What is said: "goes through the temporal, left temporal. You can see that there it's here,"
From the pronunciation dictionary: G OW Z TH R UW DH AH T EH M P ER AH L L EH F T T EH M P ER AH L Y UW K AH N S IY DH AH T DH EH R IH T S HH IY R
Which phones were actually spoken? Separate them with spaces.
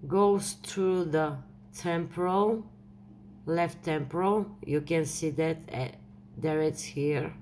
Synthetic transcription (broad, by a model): G OW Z T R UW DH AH T EH M P ER AH L L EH F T T EH M P ER AH L Y UW K AH N S IY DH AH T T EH R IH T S HH IY R